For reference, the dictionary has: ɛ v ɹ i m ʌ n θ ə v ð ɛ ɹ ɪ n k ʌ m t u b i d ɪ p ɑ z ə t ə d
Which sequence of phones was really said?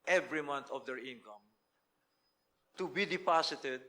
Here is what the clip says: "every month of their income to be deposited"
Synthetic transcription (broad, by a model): ɛ v ɹ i m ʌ n t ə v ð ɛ ɹ ɪ n k ʌ m t u b i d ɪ p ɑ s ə t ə d